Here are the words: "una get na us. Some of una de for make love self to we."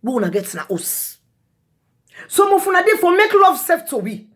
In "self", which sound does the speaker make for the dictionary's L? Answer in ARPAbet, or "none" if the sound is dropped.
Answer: none